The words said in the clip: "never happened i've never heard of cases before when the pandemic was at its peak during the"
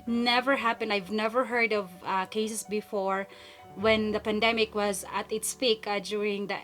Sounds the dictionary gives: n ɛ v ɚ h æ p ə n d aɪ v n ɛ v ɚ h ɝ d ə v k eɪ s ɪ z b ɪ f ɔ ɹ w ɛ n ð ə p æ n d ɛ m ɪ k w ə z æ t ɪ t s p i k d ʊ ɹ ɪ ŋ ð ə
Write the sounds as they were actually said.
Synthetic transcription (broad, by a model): n ɛ v ɚ h æ p ə n d aɪ v n ɛ v ɚ h ɝ d ə v k eɪ s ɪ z b ɪ f ɔ ɹ w ɛ n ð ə p æ n d ɛ m ɪ k w ə z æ t ɪ t s p i k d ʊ ɹ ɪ ŋ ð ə